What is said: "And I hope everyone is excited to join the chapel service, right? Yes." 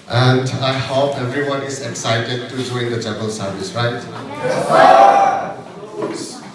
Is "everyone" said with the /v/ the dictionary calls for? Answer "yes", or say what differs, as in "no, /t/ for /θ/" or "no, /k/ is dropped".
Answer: yes